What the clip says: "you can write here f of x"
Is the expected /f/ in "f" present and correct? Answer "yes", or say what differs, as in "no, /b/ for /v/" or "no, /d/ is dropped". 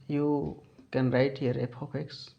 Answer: no, /p/ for /f/